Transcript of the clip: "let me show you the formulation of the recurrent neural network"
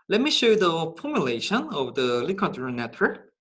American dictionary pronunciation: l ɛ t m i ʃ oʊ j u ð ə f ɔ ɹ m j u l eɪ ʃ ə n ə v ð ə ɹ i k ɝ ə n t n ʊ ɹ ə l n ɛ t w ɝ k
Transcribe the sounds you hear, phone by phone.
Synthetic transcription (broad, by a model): l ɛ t m i ʃ oʊ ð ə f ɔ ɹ m j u l eɪ ʃ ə n ə v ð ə l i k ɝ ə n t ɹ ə n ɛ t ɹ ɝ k